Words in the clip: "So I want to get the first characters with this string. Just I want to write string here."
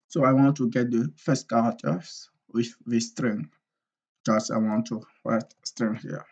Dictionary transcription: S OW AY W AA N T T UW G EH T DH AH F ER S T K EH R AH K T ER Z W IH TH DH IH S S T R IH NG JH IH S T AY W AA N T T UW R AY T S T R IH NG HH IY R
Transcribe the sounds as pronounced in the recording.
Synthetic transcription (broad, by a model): S OW AY W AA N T T UW G EH T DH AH F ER S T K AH T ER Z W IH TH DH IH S S T R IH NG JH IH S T AY W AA N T T UW W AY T S T R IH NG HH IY